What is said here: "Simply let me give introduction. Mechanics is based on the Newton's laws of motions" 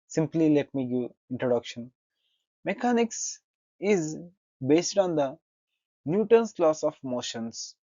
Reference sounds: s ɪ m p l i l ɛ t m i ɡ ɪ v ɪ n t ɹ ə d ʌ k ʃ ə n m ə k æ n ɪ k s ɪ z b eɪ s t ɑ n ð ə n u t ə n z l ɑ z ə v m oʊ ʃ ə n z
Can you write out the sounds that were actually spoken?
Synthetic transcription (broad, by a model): s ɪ m p l i l ɛ t m i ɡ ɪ ɪ n t ɹ ə d ʌ k ʃ ə n m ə k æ n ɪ k s ɪ z b eɪ s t ɑ n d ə n u t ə n s l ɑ s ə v m oʊ ʃ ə n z